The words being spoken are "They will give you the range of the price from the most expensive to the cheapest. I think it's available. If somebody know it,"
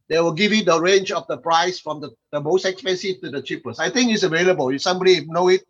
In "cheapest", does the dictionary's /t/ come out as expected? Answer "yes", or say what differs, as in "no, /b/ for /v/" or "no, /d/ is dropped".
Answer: no, /t/ is dropped